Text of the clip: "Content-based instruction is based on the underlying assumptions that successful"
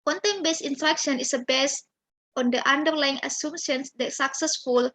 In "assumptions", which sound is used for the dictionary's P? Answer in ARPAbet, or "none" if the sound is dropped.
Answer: none